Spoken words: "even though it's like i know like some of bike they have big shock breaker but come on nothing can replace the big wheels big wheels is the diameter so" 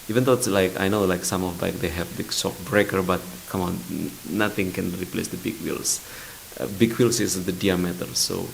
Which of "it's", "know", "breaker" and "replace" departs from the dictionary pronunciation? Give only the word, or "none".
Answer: none